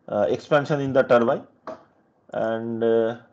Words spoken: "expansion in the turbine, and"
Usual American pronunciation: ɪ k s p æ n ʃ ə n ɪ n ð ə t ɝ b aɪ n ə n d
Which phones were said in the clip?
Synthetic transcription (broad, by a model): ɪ k s p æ n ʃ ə n ɪ n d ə t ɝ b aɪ ə n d